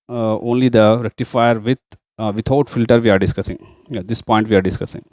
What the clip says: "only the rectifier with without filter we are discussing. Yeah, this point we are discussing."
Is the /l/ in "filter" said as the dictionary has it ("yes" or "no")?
yes